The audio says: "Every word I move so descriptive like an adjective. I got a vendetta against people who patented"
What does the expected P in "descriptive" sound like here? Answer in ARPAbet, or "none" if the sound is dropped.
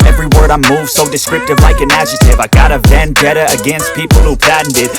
none